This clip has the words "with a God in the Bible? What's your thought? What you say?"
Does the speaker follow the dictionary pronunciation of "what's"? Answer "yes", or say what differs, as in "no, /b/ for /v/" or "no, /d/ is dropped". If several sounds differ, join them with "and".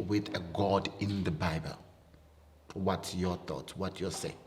no, /s/ is dropped